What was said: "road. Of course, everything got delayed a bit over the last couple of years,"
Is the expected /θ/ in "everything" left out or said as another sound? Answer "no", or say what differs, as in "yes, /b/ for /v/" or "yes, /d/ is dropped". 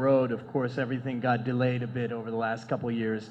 no